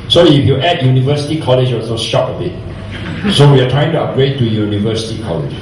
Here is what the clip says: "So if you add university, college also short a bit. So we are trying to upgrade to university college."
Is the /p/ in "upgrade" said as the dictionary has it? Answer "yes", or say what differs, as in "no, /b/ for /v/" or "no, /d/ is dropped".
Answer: no, /p/ is dropped